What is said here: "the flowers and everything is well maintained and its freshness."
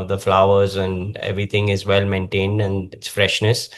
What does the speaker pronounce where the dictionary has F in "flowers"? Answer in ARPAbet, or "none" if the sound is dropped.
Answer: F